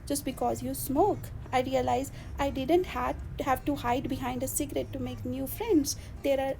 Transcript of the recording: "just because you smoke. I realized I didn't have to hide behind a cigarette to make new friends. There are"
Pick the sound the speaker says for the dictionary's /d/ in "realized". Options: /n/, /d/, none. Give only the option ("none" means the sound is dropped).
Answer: none